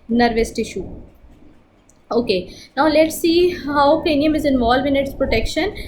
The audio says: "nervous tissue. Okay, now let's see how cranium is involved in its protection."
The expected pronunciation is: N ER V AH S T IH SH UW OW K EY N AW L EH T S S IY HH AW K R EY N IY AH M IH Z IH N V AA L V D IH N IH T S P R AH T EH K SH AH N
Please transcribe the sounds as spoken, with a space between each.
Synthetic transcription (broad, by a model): N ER V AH S T IH SH UW OW K EY N AW L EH T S S IY HH AW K EY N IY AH M IH Z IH N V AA L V IH N IH T S P R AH T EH K SH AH N